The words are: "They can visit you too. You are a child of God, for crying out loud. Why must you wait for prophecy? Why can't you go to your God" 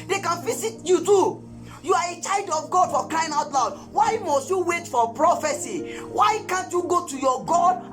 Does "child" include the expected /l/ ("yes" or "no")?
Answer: yes